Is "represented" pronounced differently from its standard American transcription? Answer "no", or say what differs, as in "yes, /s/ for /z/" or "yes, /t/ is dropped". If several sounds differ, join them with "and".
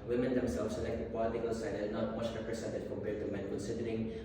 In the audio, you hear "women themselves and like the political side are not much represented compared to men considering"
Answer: yes, /s/ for /z/